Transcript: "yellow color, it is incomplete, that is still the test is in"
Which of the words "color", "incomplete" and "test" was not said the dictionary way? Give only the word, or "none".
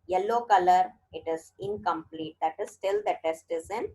none